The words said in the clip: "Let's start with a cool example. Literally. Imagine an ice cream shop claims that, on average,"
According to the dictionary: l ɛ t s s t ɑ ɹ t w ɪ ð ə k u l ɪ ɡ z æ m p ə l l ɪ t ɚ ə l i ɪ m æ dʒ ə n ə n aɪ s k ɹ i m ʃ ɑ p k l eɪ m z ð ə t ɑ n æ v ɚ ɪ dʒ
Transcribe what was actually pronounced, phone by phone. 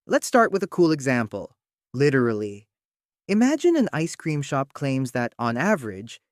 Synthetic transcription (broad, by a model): l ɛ t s s t ɑ ɹ t w ɪ ð ə k u l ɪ ɡ z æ m p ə l l ɪ t ɚ l i ɪ m æ dʒ ə n ə n aɪ s k ɹ i m ʃ ɑ p k l eɪ m z ð ə t n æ v ɚ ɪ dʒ